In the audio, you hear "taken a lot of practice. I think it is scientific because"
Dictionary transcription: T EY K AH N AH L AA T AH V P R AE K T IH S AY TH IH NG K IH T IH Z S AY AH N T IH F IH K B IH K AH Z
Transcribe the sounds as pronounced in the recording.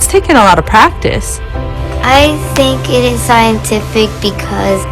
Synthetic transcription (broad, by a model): T EY K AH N AH L AA T AH V P R AE K T IH S AY TH IH NG K IH T IH Z S AY AH N T IH F IH K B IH K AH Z